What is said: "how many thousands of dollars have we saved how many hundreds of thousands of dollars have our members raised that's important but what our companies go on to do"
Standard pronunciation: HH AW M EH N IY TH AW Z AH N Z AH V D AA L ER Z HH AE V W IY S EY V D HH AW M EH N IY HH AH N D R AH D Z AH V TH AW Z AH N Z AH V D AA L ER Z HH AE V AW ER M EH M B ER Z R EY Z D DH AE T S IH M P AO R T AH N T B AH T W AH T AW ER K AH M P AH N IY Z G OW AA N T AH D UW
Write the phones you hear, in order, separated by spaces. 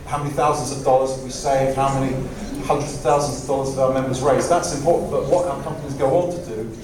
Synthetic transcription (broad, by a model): HH AW M EH N IY TH AW Z AH N Z AH V D AA L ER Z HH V W IY S EY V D HH AW M EH N IY HH AH N D R AH D Z AH V TH AW Z AH N Z AH V D AA L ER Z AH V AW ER M EH M B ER Z R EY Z DH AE T S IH M P AO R T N B AH T W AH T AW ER K AH M P AH N IY Z G OW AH N T AH D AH